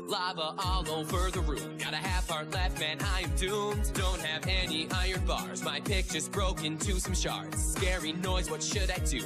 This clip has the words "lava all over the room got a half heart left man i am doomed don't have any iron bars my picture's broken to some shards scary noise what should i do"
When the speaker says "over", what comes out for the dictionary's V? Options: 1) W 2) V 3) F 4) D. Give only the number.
3